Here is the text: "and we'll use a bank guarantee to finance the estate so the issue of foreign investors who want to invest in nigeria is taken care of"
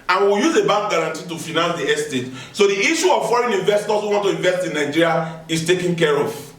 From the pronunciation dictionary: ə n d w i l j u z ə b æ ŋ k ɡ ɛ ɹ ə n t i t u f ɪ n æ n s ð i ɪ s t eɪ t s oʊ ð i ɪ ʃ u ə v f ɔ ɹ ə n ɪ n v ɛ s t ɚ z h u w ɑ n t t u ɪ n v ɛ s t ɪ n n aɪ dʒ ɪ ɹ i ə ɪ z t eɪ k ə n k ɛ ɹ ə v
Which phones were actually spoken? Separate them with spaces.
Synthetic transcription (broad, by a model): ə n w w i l j u z ə b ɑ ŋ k ɡ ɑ ɹ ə n t i t u f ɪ n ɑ n s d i ɪ s t eɪ t s oʊ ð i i ʃ u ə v f ɔ ɹ ə n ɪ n v ɛ s t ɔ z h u w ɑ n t t u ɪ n v ɛ s t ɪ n n aɪ dʒ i ɹ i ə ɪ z t eɪ k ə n k ɛ ɹ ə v